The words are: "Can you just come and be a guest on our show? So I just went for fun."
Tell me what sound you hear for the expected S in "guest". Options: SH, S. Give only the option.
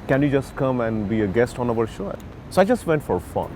S